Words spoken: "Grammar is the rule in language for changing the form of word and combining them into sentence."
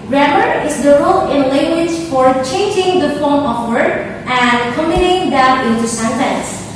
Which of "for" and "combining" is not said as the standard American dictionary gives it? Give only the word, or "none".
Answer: combining